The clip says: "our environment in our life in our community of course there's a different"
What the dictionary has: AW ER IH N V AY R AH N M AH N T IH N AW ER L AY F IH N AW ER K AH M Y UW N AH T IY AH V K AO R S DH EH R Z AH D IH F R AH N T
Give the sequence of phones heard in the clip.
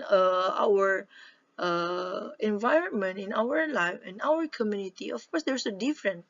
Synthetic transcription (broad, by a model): AW ER IH N V AY R AH N M AH N T IH N AW ER L AY F IH N AW ER K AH M Y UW N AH T IY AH F K AO R S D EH R S AH D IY F R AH N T